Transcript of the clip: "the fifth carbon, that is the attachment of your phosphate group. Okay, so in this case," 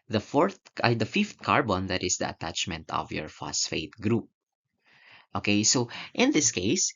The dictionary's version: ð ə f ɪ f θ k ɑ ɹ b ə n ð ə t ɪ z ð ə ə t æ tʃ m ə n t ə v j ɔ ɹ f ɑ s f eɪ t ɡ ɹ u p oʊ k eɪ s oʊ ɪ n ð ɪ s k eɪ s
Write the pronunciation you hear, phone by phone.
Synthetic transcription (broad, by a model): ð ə f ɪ f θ k ɑ ɹ b ə n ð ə t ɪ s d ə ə t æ tʃ m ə n t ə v j ɔ ɹ f ɑ s f eɪ t ɡ ɹ u p oʊ k eɪ s oʊ ɪ n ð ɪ s k eɪ s